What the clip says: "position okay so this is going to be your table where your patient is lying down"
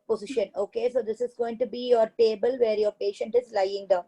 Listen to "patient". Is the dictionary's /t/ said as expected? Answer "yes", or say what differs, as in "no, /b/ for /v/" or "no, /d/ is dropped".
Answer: yes